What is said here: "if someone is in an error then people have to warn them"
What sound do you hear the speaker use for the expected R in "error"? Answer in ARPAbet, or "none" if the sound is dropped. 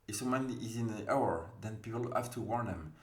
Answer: W